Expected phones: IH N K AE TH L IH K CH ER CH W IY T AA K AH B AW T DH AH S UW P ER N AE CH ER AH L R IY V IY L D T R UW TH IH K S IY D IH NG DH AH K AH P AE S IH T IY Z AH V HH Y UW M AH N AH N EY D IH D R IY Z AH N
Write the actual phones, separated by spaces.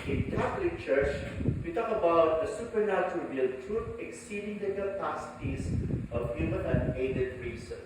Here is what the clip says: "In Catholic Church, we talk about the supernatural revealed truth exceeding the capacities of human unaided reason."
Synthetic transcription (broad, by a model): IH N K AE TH L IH K CH ER CH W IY T AA K AH B AW T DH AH S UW P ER N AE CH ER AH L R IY AH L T R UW T IH K S IY D IH NG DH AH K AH P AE S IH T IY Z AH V HH Y UW M AH N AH N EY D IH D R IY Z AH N